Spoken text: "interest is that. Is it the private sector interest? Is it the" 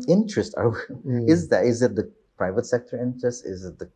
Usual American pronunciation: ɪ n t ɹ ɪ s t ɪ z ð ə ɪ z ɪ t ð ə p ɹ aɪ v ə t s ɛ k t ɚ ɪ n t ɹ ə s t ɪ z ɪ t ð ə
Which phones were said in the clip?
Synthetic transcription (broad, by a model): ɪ n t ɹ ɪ s t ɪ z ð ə ɪ z ɪ t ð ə p ɹ aɪ v ə t s ɛ k t ɚ ɪ n t ɹ ə s t ɪ z ɪ t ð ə